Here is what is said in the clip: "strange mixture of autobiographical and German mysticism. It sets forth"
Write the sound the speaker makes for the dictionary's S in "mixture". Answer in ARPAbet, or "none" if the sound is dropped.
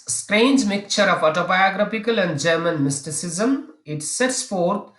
none